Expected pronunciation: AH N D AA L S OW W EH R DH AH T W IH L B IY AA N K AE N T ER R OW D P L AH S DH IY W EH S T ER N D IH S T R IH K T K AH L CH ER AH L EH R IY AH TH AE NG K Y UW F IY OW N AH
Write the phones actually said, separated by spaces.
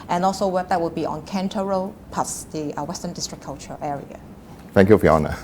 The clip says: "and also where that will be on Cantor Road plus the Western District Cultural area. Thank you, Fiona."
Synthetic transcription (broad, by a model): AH N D AA L S OW W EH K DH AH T W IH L B IY AA N K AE N T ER R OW P AH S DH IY W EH S T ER N D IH S T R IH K K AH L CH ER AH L EH R IY AH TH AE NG K Y UW F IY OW N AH